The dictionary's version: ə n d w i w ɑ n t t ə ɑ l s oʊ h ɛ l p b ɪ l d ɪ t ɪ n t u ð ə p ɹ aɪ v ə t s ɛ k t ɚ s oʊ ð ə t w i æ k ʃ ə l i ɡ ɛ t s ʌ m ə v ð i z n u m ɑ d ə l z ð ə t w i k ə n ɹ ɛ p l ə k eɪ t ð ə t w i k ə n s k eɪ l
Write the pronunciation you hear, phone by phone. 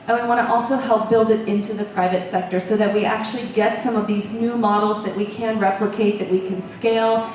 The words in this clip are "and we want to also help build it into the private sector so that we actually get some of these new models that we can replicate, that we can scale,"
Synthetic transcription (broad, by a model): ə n w i w ɑ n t t ɑ l s oʊ h ɛ l p b ɪ l d ɪ t ɪ n t u ð ə p ɹ aɪ v ə t s ɛ k t ɚ s oʊ ð ə t w i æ k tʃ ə l i ɡ ɛ t s ʌ m ə v ð i z n u m ɑ d l z ð ə t w i k ə n ɹ ɛ p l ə k eɪ t ð ə t w i k ə n s k eɪ l